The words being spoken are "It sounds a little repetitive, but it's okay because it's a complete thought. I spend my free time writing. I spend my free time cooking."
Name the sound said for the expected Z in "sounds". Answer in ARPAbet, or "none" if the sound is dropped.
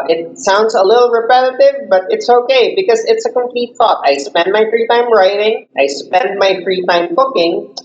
Z